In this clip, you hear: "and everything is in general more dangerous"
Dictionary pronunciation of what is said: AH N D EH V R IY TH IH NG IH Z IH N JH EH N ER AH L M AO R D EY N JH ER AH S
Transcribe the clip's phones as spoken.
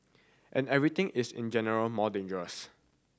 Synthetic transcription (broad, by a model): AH N EH V R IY T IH NG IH S IH N JH EH N ER AH L M AO D EY N JH ER AH S